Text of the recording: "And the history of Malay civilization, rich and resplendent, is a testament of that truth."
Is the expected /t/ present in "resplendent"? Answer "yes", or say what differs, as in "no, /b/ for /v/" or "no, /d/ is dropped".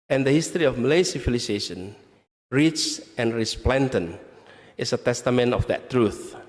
no, /t/ is dropped